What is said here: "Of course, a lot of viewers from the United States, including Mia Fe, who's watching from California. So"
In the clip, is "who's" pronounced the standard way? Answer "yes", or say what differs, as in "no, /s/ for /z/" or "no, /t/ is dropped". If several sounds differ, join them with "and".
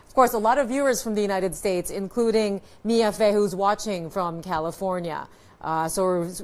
yes